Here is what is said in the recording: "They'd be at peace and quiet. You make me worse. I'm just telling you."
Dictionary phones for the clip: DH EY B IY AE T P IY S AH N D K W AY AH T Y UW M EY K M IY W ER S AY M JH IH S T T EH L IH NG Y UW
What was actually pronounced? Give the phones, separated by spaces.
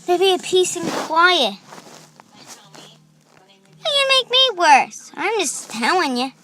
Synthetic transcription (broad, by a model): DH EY B IY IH P IY S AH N K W AY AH T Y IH M EY K M IY W ER S AY M JH IH S T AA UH IH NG Y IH